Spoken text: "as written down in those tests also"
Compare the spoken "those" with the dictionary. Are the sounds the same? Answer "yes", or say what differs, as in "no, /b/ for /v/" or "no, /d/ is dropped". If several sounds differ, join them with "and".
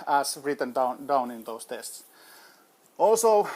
no, /s/ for /z/